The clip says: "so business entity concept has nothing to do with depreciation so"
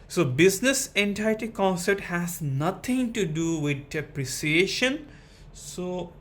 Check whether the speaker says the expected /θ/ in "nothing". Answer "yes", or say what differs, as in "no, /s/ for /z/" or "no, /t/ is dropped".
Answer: no, /t/ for /θ/